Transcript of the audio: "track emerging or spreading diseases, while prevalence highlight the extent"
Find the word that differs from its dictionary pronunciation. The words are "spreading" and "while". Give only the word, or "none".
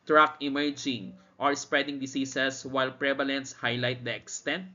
none